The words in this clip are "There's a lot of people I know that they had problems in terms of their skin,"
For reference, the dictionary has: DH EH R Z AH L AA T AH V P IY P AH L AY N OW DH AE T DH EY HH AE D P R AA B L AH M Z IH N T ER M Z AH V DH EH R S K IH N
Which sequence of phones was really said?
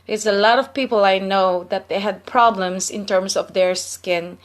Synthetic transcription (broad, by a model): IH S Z AH L AA T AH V P IY P AH L AY N OW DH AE T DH EY HH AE D P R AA B L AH M S IH N T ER M S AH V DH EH R S K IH N